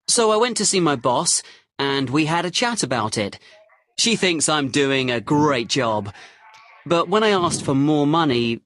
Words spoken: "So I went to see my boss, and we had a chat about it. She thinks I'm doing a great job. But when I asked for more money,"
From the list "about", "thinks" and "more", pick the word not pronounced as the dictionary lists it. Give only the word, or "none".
none